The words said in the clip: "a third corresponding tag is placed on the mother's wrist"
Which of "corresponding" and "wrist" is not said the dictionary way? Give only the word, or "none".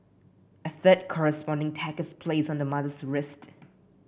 none